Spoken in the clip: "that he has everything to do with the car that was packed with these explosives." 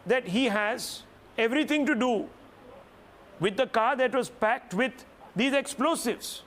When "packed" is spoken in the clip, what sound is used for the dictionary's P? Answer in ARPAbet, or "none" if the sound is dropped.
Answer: P